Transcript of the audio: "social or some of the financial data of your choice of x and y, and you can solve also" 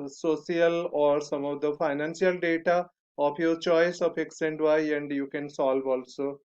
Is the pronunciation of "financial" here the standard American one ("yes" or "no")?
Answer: no